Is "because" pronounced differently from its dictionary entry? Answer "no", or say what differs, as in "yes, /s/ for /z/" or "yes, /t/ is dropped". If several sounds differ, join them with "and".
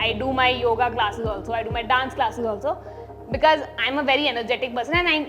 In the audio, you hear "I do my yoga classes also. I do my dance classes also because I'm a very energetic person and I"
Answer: no